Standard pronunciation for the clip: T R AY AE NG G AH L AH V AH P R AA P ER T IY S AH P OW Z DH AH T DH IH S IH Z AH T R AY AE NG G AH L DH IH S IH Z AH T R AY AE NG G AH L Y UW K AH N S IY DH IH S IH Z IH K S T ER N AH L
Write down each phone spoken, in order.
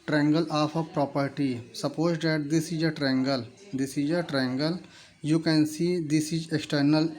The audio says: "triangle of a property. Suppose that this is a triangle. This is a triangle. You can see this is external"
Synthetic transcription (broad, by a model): T R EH NG G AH L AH P AH P R AA P ER T IY S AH P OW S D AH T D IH S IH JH AH T R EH NG G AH L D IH S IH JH AH T R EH NG G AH L Y UW K AH N S IY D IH S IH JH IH K S T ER N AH L